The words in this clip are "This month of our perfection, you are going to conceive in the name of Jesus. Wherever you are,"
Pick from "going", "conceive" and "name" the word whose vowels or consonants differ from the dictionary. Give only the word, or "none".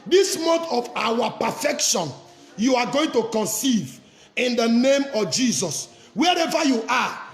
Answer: none